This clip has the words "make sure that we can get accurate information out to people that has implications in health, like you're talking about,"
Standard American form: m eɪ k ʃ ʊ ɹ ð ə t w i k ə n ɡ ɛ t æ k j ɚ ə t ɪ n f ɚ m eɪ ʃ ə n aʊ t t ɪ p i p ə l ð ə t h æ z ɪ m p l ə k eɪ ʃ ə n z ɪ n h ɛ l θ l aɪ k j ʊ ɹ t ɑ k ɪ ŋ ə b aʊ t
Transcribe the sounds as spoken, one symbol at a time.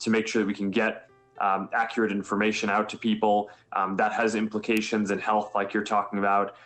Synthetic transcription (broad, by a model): m eɪ k ʃ ʊ ɹ ð ə t w i k n ɡ ɛ t æ k j ɚ ə t ɪ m f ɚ m eɪ ʃ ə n aʊ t t ɪ p i p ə l ð ə t h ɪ z ɪ m p l ə k eɪ ʃ ə n z ɪ n h ɛ l θ l aɪ k j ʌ ɹ t ɑ k ɪ ŋ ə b aʊ t